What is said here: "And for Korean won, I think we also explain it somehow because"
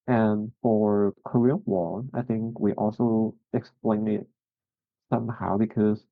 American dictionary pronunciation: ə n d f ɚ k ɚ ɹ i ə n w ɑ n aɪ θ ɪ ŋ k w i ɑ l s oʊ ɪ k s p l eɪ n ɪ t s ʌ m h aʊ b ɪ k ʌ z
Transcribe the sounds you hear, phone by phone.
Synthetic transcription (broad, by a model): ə n f ɚ k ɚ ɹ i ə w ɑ l aɪ θ ɪ ŋ k w i ɑ l s oʊ ɪ k s p l eɪ n ɪ t s ʌ m h aʊ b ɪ k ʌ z